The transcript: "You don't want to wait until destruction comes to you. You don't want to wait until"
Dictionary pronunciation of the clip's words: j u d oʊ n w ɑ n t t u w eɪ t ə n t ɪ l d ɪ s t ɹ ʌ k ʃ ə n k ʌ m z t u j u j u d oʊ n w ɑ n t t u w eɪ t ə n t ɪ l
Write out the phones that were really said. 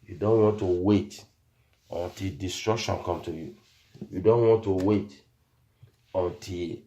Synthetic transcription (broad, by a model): j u d oʊ n w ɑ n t t u w eɪ t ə n t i l d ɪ s t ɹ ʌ k ʃ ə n k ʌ m t u j u j u d oʊ n w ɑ n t t u w eɪ t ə n t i l